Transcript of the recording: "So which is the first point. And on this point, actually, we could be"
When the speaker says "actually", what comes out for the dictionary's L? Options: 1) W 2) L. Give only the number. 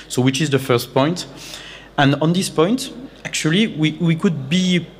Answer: 1